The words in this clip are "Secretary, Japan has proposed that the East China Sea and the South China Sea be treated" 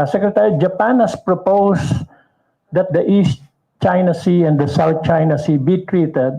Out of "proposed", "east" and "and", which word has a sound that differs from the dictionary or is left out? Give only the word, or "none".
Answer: proposed